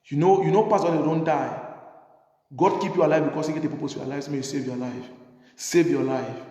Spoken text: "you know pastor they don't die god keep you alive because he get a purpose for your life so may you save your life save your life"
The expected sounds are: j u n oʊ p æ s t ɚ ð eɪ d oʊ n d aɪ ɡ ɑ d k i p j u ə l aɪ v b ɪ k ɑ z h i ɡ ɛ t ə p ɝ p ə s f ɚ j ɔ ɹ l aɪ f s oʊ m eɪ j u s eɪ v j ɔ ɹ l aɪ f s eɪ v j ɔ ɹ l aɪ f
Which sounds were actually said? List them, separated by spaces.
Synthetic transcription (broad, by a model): j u n oʊ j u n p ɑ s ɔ d oʊ n d aɪ ɡ ɑ d k i p j u ə l aɪ v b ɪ k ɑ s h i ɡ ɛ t ə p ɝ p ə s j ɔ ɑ l aɪ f s oʊ m eɪ j u s eɪ v j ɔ l aɪ f s eɪ v j ɔ l aɪ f